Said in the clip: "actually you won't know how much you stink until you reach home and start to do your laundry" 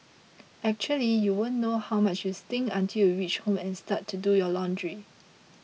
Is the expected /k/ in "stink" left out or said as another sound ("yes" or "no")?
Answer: yes